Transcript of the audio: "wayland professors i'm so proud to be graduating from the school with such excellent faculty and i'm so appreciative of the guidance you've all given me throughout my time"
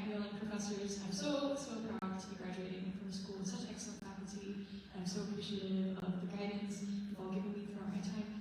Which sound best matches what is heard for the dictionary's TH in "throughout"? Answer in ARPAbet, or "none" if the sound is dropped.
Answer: F